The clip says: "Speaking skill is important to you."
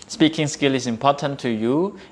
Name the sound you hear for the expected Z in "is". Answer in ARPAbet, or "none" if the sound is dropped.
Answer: S